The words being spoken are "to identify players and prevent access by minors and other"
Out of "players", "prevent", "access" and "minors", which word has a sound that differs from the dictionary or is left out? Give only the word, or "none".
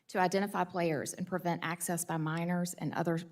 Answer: none